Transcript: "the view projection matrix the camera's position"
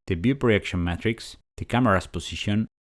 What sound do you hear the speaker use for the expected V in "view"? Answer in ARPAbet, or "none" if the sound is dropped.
B